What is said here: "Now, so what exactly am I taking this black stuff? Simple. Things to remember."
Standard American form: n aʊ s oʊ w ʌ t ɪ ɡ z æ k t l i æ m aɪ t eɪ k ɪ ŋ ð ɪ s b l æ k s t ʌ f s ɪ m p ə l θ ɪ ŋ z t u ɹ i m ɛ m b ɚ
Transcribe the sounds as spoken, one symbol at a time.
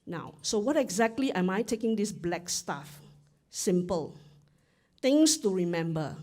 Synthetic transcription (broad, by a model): n aʊ s oʊ w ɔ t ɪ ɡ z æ k t l i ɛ m aɪ t eɪ k ɪ ŋ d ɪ s b l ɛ k s t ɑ f s ɪ m p ə l t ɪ ŋ s t u ɹ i m ɛ m b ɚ